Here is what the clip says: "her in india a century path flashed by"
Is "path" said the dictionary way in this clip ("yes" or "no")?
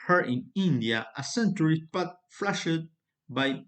no